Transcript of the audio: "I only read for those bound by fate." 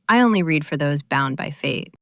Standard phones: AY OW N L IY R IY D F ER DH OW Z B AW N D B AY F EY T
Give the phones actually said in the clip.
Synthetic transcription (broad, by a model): AY OW N L IY R IY D F ER DH OW Z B AW N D B AY F EY T